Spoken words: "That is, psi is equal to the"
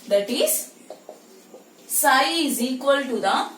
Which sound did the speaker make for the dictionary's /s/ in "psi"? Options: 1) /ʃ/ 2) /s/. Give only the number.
2